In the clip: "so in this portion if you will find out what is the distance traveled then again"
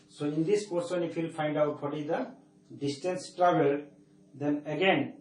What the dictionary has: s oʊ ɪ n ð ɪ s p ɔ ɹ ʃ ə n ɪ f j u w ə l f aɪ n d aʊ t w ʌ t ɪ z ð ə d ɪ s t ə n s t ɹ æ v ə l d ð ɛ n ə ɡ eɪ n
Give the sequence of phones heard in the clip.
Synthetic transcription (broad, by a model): s oʊ ɪ n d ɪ s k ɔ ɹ s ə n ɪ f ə l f aɪ n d aʊ t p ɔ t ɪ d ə d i s t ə n s t ɹ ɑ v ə l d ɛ n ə ɡ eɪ n